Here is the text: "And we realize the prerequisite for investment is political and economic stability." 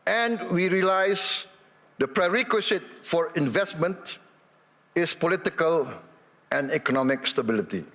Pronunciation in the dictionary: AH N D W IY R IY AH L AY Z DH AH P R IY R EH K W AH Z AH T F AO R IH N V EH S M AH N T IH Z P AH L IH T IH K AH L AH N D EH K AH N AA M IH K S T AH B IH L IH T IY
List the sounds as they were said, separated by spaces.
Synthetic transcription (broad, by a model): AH N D W IY R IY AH L AY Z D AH P R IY R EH K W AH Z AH T F AO R IH N V EH S M AH N T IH S P AH L IH T IH K AH L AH N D EH K AH N AA M IH K S T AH B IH L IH T IY